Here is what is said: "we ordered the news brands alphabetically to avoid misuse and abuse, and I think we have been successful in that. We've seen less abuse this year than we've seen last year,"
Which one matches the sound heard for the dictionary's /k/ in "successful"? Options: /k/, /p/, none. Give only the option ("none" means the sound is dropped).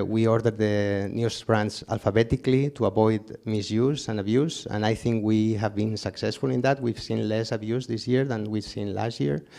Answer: /k/